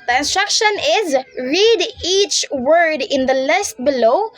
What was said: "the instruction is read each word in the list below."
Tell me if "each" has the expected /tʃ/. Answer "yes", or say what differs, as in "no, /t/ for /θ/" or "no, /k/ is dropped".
yes